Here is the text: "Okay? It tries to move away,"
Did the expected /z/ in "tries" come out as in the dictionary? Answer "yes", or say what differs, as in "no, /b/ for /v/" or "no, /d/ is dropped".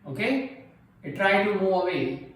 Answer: no, /z/ is dropped